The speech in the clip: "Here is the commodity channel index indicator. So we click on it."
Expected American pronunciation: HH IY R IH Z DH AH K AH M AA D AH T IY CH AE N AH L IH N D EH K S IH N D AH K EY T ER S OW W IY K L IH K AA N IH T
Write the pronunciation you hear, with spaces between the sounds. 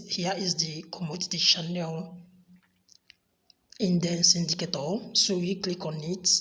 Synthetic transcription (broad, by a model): HH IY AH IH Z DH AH K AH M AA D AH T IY SH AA N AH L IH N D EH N S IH N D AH K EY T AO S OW W IY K L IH K AA N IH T